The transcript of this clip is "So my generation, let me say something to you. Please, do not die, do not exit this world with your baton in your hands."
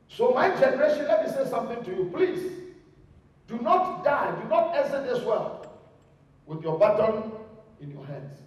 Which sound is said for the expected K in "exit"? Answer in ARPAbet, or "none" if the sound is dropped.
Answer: none